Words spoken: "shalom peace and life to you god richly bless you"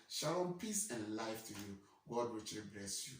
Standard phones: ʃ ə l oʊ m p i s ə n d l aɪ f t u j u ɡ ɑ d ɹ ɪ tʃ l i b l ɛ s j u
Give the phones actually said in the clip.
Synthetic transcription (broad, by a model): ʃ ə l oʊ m p i s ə n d l aɪ f t u j u ɡ ɑ d w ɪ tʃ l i b l ɛ s j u